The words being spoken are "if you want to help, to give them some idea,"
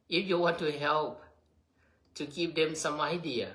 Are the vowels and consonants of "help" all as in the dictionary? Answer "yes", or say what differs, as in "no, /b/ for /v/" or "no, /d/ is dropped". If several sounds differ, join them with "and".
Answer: yes